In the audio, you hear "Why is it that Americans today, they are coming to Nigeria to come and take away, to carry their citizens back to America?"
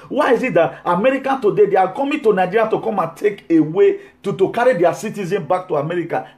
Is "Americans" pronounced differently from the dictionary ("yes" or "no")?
yes